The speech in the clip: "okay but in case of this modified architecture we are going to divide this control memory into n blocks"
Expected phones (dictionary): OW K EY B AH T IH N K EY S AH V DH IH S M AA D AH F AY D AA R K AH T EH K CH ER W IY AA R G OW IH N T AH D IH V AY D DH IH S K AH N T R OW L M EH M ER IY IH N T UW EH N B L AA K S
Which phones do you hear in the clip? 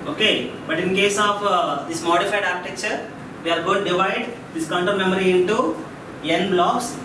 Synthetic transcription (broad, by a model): OW K EY B AH T IH N K EY S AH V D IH S M AA D AH F AY D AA R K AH T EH K CH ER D IY AA R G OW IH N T D IH V AY D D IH S K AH N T OW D M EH M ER IY IH N T UW EH N B L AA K S